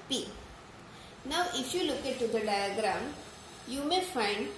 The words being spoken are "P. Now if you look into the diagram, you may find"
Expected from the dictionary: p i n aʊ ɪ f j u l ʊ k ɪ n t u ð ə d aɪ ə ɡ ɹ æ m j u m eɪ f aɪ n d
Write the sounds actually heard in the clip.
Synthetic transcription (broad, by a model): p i n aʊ ɪ f j u l ʊ k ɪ t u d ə d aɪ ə ɡ ɹ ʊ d j u m eɪ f aɪ n d